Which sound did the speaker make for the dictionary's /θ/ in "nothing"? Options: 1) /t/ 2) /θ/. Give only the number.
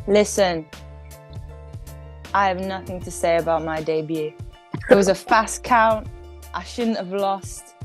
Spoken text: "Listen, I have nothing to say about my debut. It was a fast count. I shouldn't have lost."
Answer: 2